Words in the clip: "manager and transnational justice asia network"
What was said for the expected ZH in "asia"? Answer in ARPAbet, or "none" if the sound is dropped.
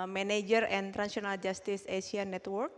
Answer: S